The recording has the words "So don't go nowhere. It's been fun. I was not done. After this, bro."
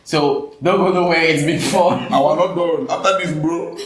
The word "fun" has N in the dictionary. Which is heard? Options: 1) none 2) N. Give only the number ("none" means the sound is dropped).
1